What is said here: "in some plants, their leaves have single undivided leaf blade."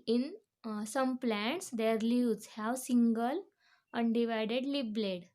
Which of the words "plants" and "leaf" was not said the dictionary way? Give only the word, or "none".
leaf